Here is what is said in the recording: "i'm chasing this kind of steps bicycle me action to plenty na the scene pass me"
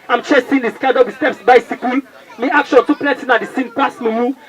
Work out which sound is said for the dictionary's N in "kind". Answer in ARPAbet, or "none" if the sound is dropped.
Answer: none